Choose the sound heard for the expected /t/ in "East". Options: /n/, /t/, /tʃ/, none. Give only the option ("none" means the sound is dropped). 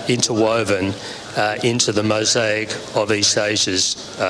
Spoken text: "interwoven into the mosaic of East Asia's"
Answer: none